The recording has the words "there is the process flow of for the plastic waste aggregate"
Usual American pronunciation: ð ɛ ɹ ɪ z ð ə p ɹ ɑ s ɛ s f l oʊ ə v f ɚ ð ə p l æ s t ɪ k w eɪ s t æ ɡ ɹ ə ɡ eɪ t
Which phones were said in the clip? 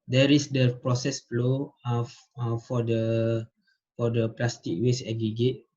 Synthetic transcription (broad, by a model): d ɛ ɹ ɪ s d ə p ɹ ɑ s ɛ s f l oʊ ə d f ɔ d ə p l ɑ s t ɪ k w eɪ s ɛ ɡ ɹ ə ɡ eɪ t